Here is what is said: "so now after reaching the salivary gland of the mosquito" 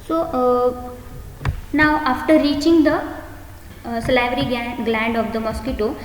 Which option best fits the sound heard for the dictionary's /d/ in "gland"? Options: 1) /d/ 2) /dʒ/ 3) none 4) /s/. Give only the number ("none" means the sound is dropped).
1